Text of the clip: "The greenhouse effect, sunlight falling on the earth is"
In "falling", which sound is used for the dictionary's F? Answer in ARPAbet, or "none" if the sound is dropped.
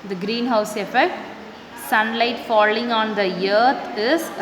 F